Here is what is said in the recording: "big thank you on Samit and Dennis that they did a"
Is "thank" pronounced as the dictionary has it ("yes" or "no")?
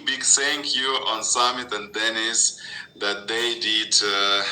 no